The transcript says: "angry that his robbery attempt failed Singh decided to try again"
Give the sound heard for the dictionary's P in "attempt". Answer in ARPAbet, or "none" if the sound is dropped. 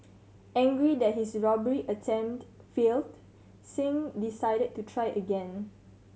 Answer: none